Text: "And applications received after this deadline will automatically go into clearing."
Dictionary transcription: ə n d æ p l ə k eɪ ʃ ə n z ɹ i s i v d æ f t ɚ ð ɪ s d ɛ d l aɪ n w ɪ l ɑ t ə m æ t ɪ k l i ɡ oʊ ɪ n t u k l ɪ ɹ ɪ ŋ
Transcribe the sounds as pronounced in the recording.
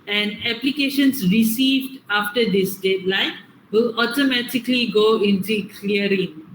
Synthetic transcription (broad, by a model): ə n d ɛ p l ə k eɪ ʃ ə n s ɹ i s i v d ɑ f t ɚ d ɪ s d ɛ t l aɪ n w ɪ l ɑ t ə m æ t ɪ k l i ɡ oʊ ɪ n t u k l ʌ ɹ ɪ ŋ